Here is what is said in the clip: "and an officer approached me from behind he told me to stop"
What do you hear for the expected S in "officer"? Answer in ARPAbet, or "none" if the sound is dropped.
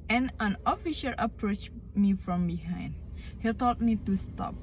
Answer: SH